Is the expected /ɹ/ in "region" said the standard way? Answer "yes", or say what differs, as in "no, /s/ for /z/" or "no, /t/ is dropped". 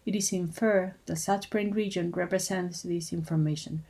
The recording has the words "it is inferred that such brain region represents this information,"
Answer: yes